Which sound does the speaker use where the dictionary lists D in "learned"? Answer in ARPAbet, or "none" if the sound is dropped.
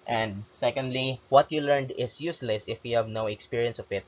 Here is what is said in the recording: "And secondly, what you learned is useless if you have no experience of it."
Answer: D